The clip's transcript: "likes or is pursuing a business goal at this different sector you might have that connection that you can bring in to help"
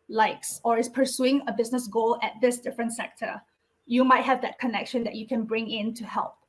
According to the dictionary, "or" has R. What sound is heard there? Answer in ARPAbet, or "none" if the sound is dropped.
R